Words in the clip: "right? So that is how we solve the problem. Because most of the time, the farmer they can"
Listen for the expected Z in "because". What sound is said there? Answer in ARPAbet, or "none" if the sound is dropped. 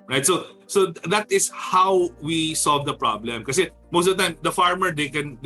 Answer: none